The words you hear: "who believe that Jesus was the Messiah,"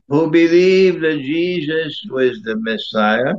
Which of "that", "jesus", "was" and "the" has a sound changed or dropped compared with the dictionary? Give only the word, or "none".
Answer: none